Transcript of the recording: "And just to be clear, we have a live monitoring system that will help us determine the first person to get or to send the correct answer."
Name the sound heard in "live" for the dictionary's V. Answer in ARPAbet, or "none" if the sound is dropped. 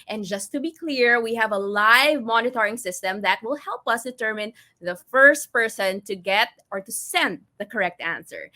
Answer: V